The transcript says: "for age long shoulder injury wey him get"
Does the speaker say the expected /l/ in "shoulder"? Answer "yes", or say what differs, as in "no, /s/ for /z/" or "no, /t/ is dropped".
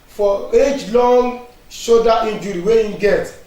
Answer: no, /l/ is dropped